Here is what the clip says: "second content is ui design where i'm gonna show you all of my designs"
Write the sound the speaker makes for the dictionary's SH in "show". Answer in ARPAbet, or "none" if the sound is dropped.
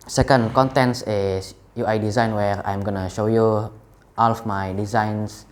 SH